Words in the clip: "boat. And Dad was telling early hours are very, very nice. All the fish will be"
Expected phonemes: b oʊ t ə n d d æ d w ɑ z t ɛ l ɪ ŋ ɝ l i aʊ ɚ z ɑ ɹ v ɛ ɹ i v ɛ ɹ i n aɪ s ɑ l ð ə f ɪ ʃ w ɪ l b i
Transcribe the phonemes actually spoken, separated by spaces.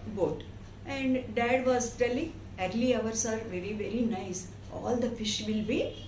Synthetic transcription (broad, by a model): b oʊ t ə n d d æ d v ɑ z t ɛ l ɪ ŋ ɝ l i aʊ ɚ s ɑ ɹ v ɛ ɹ i v ɛ ɹ i n aɪ s ɑ l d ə f ɪ ʃ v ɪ l b i